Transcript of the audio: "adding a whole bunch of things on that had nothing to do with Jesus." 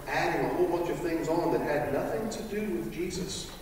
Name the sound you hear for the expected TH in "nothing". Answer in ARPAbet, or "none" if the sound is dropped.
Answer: TH